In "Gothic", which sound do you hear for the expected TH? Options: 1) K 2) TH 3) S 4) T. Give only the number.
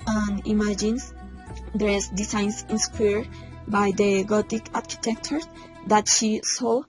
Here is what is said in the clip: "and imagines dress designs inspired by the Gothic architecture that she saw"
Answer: 4